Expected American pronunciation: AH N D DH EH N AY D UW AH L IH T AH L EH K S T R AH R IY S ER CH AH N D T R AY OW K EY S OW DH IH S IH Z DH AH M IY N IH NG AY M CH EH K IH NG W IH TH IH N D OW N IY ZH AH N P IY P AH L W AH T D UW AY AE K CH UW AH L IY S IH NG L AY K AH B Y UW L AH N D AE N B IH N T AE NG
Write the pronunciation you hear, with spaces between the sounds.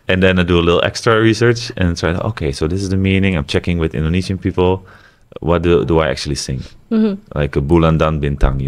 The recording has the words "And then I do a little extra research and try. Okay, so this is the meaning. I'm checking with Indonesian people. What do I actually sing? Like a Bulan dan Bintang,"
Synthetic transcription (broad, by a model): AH N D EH N AY D UW AH L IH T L EH K S T R AH R IY S ER CH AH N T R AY OW K EY S OW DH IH S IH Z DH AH M IY N IH NG AY M CH EH K IH NG W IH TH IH N D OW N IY SH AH N P IY P AH L W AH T D UW AY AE K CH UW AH L IY S IH NG L AY K AH B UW L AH N D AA N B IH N T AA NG